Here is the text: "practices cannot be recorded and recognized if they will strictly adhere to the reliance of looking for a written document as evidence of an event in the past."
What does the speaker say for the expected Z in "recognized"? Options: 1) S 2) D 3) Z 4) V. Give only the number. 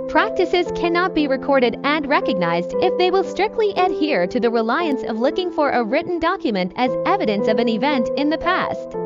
3